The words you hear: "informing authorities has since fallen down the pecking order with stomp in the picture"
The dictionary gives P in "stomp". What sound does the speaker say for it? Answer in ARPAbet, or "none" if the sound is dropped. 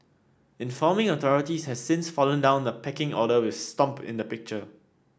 P